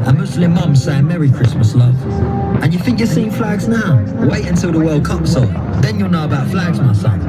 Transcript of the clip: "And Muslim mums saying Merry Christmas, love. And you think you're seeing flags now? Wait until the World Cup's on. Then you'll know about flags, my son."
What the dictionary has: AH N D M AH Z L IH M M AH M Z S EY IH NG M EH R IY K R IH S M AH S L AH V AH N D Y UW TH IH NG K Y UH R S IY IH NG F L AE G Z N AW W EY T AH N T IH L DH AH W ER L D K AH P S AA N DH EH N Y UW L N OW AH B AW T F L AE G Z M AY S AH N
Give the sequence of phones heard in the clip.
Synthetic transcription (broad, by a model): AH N M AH S L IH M M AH M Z S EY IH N M EH R IY K R IH S M AH S L AH V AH N Y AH TH IH NG K Y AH S IY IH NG F L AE G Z N AW W EY T AH N T IH L DH AH W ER L D K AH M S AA L DH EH N Y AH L N OW AH B AW T F L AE G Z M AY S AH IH